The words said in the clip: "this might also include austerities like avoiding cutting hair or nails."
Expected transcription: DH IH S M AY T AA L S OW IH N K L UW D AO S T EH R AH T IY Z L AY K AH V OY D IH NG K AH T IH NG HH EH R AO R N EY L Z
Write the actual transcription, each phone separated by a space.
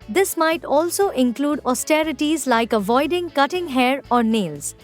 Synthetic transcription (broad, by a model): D IH S M AY T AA L S OW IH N K L UW D AO S T EH R AH T IY Z L AY K AH V OY D IH NG K AH T IH NG HH EH R AO R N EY L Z